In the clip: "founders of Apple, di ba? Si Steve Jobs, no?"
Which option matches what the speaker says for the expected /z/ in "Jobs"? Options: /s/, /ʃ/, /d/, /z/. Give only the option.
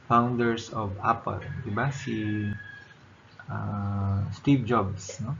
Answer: /s/